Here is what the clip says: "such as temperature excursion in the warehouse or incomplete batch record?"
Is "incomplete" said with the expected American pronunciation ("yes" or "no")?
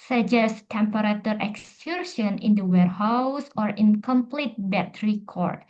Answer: yes